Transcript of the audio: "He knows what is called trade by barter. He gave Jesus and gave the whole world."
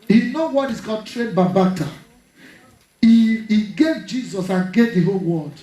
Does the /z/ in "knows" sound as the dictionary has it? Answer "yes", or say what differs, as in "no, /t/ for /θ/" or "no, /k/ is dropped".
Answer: no, /z/ is dropped